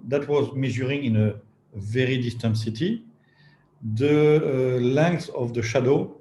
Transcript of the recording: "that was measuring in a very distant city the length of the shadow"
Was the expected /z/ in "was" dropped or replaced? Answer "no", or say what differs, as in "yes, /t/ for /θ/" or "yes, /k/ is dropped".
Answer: no